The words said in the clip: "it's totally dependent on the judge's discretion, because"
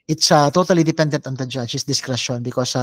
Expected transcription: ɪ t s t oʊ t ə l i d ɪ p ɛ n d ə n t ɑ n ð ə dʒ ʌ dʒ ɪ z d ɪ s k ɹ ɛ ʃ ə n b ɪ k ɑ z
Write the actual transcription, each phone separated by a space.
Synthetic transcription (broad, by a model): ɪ t s t oʊ t ə l i d ɪ p ɛ n d ə n t ɑ n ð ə dʒ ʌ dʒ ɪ s d ɪ s k ɹ ɛ ʃ ə n b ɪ k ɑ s